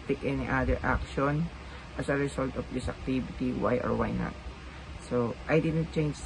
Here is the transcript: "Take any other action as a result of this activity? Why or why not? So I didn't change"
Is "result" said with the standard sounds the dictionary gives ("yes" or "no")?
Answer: no